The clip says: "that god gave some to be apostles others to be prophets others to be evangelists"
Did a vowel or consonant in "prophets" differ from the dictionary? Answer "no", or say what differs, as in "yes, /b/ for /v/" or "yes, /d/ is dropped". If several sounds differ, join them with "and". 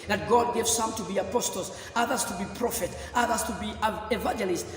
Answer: yes, /s/ is dropped